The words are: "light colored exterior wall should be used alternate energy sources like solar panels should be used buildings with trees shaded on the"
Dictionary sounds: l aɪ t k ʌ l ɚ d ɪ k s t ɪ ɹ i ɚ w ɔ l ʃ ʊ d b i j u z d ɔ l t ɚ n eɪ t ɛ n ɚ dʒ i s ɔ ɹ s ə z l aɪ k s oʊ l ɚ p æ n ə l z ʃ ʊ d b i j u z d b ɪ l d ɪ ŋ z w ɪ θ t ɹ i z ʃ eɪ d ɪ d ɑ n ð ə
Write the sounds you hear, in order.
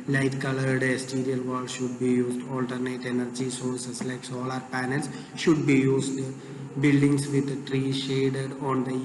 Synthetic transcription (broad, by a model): l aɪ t k ʌ l ɚ d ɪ s t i ɹ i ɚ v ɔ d ʃ ʊ d b i j u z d ɔ l t ɚ n eɪ t ɛ n ɚ dʒ i s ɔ ɹ s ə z l aɪ k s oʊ l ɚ p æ n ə l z ʃ ʊ d b i j u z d b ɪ l d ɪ ŋ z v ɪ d t ɹ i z ʃ eɪ d ɪ d ɑ n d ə